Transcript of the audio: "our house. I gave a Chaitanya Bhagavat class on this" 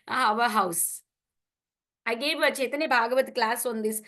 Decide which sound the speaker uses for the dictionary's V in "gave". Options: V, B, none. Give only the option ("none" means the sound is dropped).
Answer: V